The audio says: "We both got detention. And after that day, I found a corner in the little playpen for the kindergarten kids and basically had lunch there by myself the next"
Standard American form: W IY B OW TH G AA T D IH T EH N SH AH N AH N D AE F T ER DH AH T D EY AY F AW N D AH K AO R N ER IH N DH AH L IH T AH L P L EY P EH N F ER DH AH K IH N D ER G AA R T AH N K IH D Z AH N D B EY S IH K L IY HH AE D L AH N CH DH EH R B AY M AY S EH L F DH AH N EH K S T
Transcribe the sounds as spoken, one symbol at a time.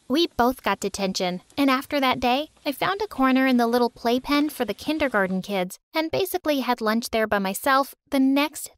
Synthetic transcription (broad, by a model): W IY B OW TH G AA T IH T EH N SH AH N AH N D AE F T ER DH AH T D EY AY F AW N D AH K AO R N ER IH N DH AH L IH T L P L EY P EH N F ER DH AH K IH N D ER G AA R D N K IH D Z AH N B EY S IH K L IY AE D L AH N CH DH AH R B AY M AY S EH L F DH AH N EH K S T